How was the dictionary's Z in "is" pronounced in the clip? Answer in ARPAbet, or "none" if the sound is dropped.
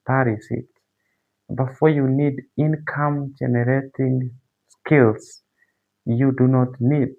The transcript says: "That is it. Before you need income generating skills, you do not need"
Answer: S